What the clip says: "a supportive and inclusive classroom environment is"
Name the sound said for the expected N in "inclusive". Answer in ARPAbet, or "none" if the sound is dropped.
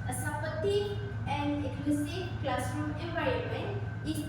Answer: none